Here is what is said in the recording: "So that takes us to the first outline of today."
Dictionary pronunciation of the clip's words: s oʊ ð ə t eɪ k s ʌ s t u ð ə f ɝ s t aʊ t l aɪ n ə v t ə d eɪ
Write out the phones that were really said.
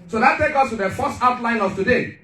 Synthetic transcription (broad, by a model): s oʊ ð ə t eɪ k ʌ s t u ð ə f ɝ s t aʊ t l aɪ n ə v t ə d eɪ